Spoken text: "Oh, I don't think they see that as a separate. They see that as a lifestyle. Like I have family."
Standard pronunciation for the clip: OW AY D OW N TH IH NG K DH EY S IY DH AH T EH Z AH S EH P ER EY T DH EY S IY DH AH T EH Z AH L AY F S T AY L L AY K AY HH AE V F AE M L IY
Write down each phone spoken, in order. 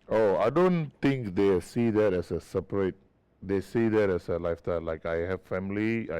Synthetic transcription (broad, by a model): OW AY D OW N T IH NG K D EY S IY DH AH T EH S AH S EH P ER EY T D EY S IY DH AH T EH S AH L AY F T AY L L AY K AY HH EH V F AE M L IY